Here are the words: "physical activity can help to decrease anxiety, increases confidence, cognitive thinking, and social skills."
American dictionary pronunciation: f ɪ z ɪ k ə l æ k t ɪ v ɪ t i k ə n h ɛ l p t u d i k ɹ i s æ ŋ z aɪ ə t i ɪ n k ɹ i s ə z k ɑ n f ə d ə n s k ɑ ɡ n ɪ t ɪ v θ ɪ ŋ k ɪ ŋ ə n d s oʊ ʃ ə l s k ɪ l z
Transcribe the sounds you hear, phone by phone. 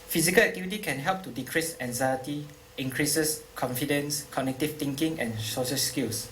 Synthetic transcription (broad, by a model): f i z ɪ k ə l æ k t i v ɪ t i k ə n h ɛ l p t u d i k ɹ i s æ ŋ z aɪ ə t i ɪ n k ɹ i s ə s k ɑ n f ə d ə n s k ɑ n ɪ t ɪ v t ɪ ŋ k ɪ ŋ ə n s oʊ s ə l s k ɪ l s